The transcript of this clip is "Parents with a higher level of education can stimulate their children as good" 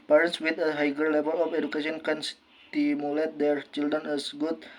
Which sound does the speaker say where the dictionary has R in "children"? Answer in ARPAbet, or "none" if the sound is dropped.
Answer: none